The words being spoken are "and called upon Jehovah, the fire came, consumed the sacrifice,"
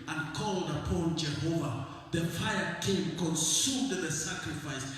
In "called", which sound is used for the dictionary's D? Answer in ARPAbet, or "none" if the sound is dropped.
D